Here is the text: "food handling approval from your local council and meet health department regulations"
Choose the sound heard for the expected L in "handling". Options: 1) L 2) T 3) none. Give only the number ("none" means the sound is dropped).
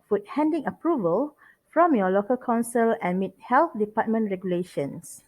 3